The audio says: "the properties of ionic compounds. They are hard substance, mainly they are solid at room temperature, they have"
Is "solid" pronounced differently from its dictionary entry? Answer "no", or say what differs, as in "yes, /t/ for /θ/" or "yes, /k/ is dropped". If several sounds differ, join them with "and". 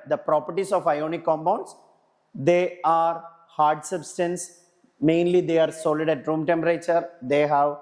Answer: no